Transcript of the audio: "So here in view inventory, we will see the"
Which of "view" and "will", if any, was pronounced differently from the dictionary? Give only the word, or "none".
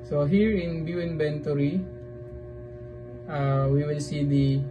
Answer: view